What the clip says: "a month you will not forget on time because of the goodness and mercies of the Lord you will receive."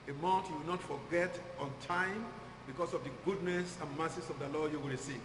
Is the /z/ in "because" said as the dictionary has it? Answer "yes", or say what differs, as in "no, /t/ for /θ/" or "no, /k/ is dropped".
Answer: no, /s/ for /z/